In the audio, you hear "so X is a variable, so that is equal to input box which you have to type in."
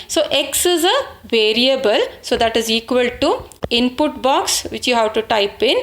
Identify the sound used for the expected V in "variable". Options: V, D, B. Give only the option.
V